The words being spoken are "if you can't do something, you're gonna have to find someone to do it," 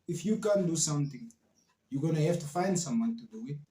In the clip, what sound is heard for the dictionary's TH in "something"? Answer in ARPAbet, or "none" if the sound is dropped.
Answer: T